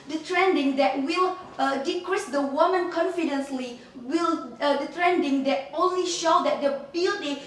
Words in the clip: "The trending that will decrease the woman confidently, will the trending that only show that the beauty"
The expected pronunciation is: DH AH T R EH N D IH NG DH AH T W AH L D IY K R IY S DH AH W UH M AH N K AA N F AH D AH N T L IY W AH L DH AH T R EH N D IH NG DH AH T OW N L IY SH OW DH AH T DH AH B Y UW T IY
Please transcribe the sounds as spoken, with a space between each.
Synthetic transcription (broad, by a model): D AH T R EH N D IH NG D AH T W AH L D IY K R IY S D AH W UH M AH N K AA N F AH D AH N S L IY W AH L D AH T R EH N D IH NG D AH T OW N L IY SH OW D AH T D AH B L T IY